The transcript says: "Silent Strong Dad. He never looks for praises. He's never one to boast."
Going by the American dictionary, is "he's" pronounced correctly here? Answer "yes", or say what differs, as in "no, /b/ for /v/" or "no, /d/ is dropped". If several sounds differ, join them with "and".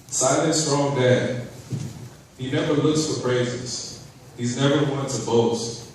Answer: yes